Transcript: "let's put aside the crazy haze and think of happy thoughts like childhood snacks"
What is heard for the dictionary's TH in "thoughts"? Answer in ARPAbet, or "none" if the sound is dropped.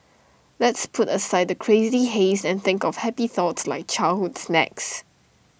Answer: TH